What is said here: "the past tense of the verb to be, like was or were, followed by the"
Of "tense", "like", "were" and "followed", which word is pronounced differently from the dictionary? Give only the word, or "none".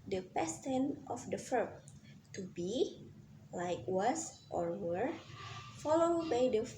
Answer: tense